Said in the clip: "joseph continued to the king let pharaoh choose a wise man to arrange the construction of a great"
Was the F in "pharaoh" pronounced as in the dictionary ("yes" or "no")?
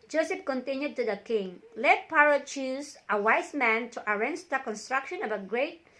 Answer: no